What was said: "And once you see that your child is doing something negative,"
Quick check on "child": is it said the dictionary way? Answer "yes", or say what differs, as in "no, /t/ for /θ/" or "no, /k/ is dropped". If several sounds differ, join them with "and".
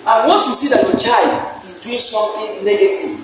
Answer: yes